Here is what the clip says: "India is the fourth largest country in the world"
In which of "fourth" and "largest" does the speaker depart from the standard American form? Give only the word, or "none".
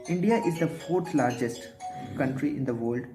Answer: fourth